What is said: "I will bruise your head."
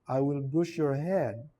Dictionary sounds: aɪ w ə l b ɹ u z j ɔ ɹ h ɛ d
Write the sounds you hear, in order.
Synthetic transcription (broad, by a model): aɪ w ə l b u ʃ j ɔ ɹ h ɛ d